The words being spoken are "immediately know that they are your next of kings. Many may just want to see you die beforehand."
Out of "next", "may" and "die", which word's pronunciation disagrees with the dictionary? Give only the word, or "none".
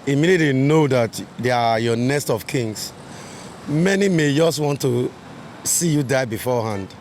next